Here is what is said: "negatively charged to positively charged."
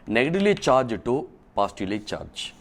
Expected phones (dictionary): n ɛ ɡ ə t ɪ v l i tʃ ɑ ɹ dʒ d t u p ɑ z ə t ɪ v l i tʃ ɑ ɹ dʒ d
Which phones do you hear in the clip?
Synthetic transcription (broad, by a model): n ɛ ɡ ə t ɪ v l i tʃ ɑ ɹ dʒ t u p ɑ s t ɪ l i tʃ ɑ ɹ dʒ